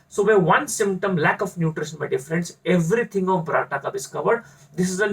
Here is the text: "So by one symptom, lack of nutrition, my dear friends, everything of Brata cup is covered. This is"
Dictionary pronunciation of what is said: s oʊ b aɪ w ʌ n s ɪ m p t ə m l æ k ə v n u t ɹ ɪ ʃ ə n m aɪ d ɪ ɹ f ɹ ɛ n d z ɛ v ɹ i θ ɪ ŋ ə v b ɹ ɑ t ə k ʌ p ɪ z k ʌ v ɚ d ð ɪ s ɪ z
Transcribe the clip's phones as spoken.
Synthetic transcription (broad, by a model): s oʊ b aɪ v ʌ n s ɪ m p t ə m l æ k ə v n u t ɹ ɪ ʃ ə n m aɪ d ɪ f ɹ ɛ n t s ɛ v ɹ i t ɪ ŋ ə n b ɹ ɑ t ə k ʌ b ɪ s k ʌ v ɚ d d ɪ s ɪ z